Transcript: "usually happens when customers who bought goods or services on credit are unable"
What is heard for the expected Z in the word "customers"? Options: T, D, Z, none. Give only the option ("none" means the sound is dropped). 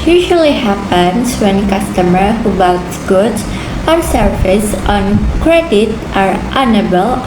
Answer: none